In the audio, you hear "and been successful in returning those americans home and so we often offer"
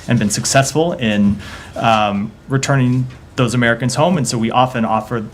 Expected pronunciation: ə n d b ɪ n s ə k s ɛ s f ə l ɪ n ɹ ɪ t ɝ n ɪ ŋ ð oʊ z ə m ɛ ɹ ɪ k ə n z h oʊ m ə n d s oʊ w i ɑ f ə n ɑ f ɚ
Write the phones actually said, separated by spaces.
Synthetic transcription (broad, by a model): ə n b ɪ n s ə k s ɛ s f l ɪ n ɹ ɪ t ɝ n ɪ ŋ ð oʊ z ə m ɛ ɹ ɪ k ə n z h oʊ m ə n s oʊ w i ɑ f ə n ɑ f ɚ